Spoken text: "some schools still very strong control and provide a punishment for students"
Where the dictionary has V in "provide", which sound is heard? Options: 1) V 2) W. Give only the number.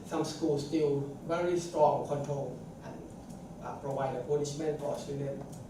2